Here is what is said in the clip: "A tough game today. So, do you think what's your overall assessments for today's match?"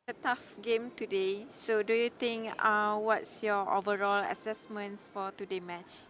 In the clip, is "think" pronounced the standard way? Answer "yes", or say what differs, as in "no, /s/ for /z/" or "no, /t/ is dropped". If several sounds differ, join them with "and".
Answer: no, /t/ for /θ/